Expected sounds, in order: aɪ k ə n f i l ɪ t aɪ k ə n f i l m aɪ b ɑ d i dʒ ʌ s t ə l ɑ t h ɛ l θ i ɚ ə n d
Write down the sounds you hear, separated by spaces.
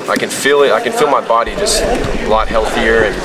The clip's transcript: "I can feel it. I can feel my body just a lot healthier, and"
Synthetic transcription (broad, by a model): aɪ k ə n f i l ɪ t aɪ k ə n f i l m aɪ b ɑ d i dʒ ʌ s t ə l ɑ t h ɛ l θ i ɚ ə n